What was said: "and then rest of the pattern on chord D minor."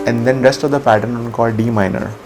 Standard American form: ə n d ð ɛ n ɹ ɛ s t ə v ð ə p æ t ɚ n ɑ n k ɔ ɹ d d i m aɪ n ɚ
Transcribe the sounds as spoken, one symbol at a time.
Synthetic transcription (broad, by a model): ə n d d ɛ n ɹ ɛ s t ə v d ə p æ t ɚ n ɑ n k ɔ l d d i m aɪ n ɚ